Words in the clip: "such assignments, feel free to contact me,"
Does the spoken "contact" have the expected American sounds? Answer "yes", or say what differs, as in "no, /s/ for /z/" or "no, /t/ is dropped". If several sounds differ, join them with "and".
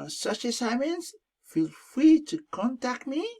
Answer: yes